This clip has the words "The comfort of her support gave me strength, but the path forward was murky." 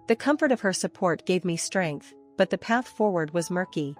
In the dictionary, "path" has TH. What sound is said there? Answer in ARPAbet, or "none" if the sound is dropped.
TH